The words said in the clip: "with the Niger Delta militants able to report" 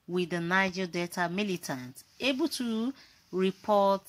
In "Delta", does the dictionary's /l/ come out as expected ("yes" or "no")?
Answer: no